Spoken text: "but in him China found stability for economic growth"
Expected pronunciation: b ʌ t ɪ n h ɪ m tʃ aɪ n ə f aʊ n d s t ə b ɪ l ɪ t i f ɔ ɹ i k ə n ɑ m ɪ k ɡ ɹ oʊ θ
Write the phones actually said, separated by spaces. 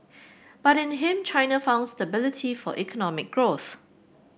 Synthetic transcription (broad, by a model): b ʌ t ɪ n h ɪ m tʃ aɪ n ə f aʊ n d s t ə b ɪ l ɪ t i f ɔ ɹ i k ə n ɑ m ɪ k ɡ ɹ oʊ θ